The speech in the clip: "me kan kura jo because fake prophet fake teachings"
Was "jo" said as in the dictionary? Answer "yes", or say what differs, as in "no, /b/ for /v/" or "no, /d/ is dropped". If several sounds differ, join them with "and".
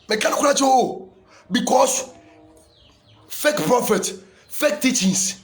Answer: no, /tʃ/ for /dʒ/